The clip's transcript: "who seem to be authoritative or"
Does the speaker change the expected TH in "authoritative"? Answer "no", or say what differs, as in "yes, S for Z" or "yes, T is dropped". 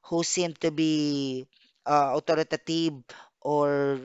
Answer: yes, T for TH